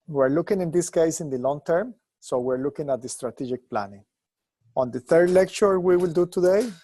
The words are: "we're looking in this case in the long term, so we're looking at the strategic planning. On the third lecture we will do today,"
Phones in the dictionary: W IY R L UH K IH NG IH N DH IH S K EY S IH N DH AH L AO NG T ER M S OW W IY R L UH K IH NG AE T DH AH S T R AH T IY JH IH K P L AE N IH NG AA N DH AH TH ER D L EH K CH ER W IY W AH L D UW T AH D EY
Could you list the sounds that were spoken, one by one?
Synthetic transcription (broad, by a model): W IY R L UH K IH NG IH N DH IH S K EY S IH N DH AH L AO NG T ER M S OW W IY R L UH K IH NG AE T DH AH S T R AH T IY JH IH K P L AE N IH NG AA N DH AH TH ER D L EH K CH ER W IY W AH L D UW T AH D EY